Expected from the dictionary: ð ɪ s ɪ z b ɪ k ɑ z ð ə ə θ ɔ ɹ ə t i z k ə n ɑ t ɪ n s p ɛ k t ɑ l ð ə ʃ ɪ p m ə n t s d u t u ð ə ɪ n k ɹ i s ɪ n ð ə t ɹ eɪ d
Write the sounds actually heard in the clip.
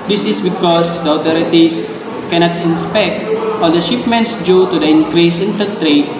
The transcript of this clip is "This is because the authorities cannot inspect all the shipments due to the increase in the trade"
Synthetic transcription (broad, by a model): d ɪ s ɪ s b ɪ k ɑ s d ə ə t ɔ ɹ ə t i s k ə n ɑ t ɪ n s p ɛ k t ɑ l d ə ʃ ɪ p m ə n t s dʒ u t u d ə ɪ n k ɹ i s ɪ n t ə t ɹ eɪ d